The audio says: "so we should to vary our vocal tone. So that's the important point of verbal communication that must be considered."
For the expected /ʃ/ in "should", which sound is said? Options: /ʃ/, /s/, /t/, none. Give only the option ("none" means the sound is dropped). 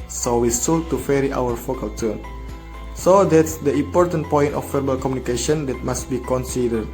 /s/